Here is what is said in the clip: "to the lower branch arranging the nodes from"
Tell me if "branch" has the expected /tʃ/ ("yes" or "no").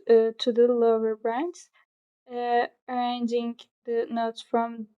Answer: no